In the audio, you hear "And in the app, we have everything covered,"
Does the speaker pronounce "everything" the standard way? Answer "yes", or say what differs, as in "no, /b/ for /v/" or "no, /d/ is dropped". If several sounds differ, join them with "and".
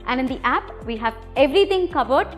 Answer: no, /t/ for /θ/